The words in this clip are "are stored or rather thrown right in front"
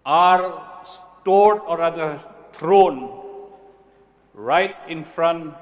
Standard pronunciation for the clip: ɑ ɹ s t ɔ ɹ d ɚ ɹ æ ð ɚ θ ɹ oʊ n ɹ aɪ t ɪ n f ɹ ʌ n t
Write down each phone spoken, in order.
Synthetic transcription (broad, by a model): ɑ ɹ s t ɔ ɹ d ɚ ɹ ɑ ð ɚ t ɹ oʊ n ɹ aɪ t ɪ n f ɹ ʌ n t